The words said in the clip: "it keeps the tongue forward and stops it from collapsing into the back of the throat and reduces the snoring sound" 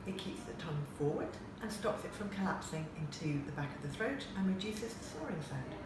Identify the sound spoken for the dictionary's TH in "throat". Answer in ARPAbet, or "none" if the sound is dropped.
TH